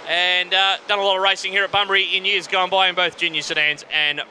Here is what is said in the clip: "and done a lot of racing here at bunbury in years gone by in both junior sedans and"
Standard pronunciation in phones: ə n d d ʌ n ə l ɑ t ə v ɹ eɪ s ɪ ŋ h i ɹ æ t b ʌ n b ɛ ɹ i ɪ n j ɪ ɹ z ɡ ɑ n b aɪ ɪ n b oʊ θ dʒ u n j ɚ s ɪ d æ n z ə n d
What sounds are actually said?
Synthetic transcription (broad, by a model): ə n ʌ d ʌ n ə l ɑ t ə v ɹ eɪ s ɪ ŋ h i ɹ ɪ t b ʌ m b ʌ ɹ i ɪ n j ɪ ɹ z ɡ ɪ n b aɪ ɪ n b oʊ θ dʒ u n j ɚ s ɪ d æ n z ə n